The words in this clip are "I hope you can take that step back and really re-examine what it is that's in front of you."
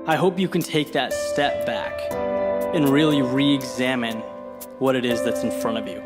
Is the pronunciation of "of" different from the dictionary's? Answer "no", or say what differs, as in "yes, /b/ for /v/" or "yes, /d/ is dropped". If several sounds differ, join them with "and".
no